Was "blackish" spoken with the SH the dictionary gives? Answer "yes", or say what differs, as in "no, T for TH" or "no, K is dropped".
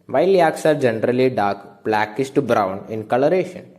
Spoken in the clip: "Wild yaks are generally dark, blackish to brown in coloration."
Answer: no, S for SH